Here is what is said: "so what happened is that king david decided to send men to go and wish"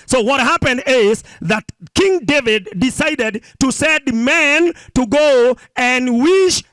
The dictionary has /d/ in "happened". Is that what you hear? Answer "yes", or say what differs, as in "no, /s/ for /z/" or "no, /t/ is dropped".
yes